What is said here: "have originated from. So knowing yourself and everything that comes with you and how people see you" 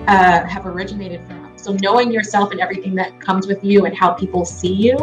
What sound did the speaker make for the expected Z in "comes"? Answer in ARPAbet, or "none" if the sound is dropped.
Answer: Z